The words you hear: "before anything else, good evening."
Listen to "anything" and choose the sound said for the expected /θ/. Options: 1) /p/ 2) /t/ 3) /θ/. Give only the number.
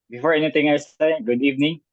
2